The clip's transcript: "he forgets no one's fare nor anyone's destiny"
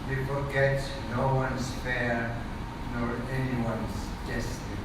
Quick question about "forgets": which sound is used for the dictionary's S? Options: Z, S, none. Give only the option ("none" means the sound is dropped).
none